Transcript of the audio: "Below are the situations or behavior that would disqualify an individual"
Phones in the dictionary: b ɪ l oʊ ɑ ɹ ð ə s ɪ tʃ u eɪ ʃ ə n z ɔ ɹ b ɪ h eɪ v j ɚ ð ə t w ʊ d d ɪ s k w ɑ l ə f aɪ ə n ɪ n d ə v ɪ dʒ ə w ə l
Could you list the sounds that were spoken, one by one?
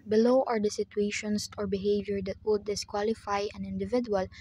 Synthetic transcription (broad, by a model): b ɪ l oʊ ɑ ɹ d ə s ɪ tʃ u eɪ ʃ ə n s ɔ ɹ b ɪ h eɪ v j ɚ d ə t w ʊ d d ɪ s k w ɑ l ə f aɪ ə n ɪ n d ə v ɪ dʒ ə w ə l